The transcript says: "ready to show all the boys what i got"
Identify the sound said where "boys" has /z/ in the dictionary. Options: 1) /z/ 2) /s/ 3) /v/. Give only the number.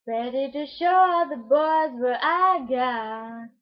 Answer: 1